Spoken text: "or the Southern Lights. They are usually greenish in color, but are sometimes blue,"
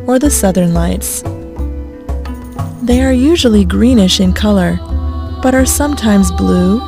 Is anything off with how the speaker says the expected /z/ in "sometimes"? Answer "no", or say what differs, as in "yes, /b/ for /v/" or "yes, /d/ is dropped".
no